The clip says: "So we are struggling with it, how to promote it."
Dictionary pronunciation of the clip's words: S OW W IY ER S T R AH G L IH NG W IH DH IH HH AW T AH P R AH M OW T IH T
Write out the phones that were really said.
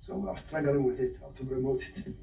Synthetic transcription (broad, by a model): S OW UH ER S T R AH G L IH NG W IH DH IH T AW T AH B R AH M OW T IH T